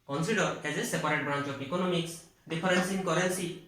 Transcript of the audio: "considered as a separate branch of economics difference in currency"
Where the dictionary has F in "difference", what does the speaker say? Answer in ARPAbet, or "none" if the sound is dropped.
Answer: P